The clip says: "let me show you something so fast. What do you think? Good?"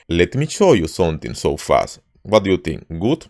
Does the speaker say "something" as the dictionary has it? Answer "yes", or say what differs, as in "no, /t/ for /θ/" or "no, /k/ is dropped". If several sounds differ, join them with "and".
no, /t/ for /θ/